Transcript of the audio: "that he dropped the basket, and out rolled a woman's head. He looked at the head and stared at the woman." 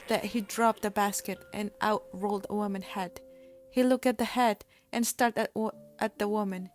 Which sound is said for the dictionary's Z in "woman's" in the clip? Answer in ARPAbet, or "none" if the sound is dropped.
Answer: none